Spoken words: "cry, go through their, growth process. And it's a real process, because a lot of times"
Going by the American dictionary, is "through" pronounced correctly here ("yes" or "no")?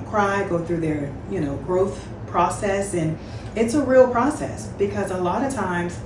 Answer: yes